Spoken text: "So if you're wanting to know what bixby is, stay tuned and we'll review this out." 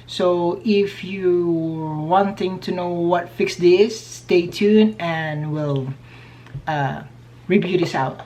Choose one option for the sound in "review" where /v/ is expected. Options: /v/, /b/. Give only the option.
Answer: /b/